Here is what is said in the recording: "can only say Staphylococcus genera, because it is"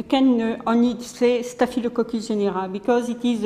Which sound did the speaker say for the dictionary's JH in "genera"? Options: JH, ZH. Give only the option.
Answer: ZH